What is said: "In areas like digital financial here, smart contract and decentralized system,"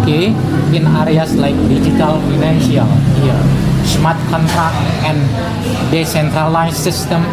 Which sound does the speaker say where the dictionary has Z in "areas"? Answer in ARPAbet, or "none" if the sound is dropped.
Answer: S